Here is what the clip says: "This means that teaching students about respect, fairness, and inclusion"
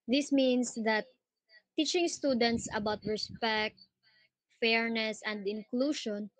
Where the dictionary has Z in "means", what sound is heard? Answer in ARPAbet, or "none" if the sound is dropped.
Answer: S